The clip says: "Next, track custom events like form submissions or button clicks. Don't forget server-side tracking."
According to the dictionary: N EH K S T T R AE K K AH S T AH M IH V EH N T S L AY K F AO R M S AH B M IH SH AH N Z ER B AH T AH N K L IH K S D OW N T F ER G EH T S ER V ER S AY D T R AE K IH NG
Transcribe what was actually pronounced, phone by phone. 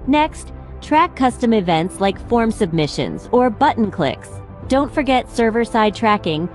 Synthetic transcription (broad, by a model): N EH K S T T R AE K K AH S T AH M IH V EH N T S L AY K F AO R M S AH B M IH SH AH N Z ER B AH T N K L IH K S D OW N T F ER G EH T S ER V ER S AY D T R AE K IH NG